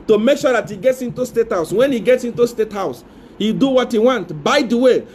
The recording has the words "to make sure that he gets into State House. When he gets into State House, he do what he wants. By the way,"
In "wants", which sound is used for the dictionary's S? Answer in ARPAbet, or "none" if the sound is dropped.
none